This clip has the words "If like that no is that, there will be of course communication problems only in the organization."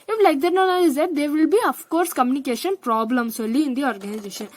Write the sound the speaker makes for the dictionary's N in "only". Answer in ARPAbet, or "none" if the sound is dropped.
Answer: none